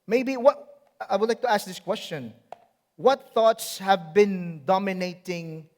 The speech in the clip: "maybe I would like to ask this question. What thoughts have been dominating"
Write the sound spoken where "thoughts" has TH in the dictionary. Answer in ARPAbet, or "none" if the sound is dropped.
TH